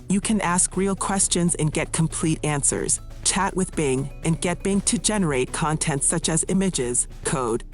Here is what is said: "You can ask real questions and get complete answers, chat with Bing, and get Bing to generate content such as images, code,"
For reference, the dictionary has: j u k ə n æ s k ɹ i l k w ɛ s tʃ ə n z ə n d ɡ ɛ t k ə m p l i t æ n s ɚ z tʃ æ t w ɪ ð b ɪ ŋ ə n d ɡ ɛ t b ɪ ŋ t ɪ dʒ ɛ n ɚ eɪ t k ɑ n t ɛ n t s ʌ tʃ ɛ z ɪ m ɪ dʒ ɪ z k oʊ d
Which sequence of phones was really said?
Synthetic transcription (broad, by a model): j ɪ k ə n æ s k ɹ i l k w ɛ s tʃ ə n z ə n ɡ ɛ t k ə m p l i t æ n s ɚ z tʃ æ t w ɪ ð b ɪ ŋ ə n ɡ ɛ t b ɪ ŋ t ɪ dʒ ɛ n ɚ eɪ t k ɑ n t ɛ n t s ʌ tʃ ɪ z ɪ m ɪ dʒ ɪ z k oʊ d